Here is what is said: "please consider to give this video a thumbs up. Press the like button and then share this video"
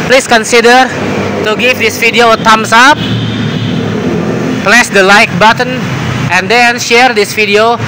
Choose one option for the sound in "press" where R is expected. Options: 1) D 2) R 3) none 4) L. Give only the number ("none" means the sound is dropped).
4